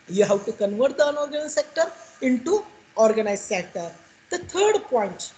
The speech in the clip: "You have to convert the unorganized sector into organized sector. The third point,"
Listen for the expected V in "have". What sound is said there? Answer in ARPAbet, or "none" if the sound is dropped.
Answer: W